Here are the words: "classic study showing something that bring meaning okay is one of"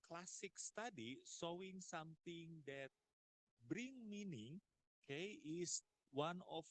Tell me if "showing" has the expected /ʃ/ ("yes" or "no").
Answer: no